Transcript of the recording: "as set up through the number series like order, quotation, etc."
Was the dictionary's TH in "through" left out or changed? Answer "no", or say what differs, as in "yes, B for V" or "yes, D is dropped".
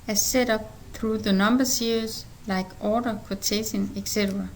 no